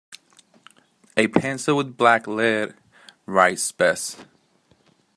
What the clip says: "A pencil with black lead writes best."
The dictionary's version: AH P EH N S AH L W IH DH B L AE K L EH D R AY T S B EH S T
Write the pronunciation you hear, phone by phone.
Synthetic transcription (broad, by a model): AH P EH N S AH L W IH DH B L AE K L EH D R AY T S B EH S